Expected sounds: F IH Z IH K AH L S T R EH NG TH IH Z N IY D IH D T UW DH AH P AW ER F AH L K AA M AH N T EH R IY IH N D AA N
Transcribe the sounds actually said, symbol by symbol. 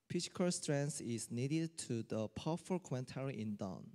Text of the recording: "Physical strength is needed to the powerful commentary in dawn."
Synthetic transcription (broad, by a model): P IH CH K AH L S T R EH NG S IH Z N IY D IH D T UW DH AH P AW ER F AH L K AA M AH N T EH R IY IH N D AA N